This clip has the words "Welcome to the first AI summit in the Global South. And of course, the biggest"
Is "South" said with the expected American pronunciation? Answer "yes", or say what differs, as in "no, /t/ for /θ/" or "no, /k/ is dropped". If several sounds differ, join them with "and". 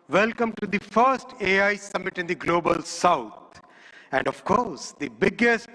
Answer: no, /t/ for /θ/